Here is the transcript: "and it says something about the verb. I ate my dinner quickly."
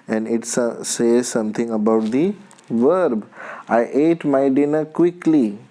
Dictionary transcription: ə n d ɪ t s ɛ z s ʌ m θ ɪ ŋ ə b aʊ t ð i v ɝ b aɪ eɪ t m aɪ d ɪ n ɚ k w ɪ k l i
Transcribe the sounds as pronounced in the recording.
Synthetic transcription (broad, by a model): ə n d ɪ t s ɛ z s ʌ m t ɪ ŋ ə b aʊ t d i v ɝ b aɪ eɪ t m aɪ d ɪ n ɚ k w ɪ k l i